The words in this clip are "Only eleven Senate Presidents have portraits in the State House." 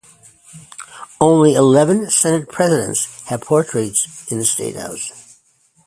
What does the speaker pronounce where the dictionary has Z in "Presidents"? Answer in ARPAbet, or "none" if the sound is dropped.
Z